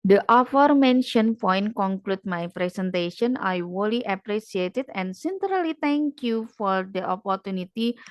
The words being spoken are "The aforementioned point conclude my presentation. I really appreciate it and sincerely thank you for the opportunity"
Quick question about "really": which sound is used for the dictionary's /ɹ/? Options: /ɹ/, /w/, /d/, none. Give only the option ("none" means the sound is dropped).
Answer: /w/